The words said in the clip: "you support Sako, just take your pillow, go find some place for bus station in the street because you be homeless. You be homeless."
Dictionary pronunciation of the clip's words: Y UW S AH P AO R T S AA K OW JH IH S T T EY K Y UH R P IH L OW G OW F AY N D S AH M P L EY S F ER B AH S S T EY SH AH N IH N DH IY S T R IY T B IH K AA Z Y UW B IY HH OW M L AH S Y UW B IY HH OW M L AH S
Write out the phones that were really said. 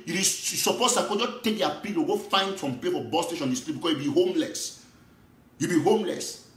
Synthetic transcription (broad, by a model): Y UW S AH P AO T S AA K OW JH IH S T T EY K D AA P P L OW G OW F AY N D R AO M P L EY F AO B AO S S T EY SH AH N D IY S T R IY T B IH K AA S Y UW B IY HH OW M L AH S Y UW B IY HH OW M L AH S